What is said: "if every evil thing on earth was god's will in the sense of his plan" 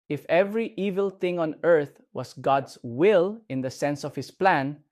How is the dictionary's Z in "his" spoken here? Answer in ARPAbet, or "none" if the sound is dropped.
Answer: S